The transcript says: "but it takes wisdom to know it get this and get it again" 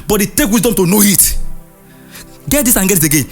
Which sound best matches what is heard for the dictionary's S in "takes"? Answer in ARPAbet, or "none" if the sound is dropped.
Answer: none